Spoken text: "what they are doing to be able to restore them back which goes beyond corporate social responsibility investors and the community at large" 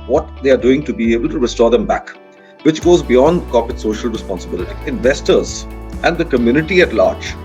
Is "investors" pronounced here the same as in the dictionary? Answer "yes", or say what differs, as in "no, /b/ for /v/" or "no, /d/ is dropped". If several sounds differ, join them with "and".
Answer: yes